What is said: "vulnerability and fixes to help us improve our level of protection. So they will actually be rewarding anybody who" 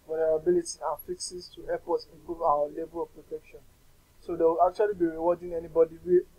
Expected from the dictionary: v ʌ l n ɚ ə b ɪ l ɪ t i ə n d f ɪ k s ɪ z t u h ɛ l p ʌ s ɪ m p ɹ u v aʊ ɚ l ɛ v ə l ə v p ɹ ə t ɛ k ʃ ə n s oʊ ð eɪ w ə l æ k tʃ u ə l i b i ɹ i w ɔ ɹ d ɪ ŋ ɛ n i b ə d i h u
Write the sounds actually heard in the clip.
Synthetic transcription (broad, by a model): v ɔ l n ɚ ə b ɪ l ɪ t i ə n f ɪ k s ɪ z t u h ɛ p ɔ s ɪ m p ɹ u v aʊ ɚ l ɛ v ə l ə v p ɹ ə t ɛ k ʃ ə n s oʊ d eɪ w ə l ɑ k tʃ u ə l i b i ɹ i w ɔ d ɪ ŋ ɛ n i b ə d i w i